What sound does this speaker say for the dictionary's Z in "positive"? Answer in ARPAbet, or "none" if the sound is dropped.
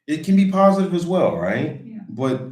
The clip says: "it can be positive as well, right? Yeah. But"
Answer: Z